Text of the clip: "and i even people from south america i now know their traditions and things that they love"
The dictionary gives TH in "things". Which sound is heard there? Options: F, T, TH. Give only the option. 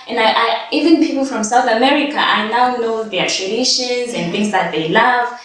TH